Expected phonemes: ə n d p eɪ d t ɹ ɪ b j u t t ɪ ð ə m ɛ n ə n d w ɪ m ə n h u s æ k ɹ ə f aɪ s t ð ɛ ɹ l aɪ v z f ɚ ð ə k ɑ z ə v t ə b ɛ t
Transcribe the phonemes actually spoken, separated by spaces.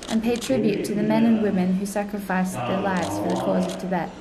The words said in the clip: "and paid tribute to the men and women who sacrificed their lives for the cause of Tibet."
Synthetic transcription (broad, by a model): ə n p eɪ d t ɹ ɪ b j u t t ɪ ð ə m ɛ n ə n w ɪ m ə n h u s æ k ɹ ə f aɪ s ð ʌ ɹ l aɪ v z f ɚ ð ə k ɑ z ə v t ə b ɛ t